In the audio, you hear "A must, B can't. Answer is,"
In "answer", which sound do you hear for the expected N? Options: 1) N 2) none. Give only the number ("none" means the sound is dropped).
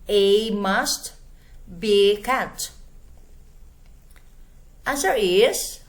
2